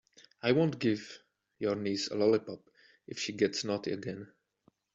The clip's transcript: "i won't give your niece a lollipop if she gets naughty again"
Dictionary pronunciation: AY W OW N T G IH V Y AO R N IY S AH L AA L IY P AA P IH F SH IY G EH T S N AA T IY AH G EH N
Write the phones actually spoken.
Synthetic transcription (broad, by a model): AY W OW N T G IH V Y AO R N IY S AH L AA L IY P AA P IH F SH IY G EH T S N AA T AH G EH N